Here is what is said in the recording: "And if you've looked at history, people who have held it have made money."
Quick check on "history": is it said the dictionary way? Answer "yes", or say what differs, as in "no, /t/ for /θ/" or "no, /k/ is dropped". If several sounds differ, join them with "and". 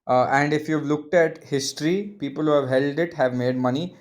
yes